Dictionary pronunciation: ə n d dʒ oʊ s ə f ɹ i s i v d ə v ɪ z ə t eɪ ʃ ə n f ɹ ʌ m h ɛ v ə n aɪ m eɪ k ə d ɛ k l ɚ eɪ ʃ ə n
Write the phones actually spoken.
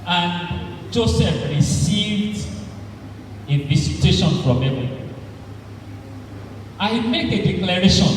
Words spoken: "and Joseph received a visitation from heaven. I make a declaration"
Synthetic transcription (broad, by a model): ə n dʒ oʊ s ə f ɹ i s i v d ə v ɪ s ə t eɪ ʃ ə n f ɹ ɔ m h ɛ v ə aɪ m eɪ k ə d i k l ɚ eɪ ʃ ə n